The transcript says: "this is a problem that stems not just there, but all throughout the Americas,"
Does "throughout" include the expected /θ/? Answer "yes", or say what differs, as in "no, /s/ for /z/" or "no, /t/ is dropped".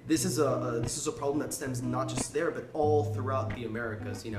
yes